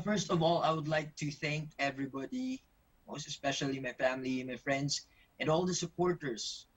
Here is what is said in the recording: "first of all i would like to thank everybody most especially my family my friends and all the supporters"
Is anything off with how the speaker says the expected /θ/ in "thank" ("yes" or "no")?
no